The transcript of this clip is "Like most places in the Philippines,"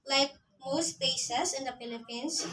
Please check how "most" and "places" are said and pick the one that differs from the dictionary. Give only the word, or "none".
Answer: places